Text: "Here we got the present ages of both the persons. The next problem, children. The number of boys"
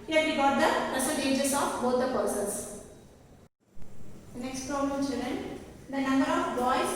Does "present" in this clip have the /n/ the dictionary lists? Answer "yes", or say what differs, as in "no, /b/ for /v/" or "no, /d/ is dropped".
no, /n/ is dropped